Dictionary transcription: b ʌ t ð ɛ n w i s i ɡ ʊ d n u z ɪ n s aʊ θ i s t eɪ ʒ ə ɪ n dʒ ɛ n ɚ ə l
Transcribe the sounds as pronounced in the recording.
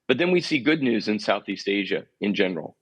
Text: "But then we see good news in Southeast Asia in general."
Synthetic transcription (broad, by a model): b ʌ t ð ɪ n w i s i ɡ ʊ d n u z ɪ n s aʊ θ i s t eɪ ʒ ə ɪ n dʒ ɛ n ɚ l